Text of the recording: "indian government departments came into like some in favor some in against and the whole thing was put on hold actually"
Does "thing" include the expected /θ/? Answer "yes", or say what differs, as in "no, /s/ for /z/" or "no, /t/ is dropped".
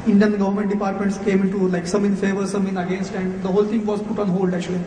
no, /t/ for /θ/